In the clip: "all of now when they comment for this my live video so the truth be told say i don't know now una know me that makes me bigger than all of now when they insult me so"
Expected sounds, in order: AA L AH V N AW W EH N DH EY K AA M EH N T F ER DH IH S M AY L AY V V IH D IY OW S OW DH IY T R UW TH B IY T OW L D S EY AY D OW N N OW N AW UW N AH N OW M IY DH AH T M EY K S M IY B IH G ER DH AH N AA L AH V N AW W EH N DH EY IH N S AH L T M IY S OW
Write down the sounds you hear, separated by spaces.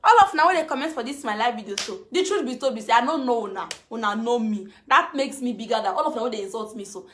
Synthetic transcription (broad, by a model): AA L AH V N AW W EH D EY K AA M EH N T F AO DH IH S M AY L AY F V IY D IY OW S OW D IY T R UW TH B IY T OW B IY S EY AY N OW N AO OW N AW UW N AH N OW M IY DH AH T M EY K S M IY B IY G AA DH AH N AA L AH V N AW W EH N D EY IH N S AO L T M IY S OW